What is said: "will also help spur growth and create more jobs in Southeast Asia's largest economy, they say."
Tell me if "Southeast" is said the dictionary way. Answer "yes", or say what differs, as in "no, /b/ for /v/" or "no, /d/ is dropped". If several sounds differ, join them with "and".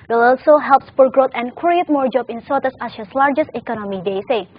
no, /t/ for /θ/ and /t/ is dropped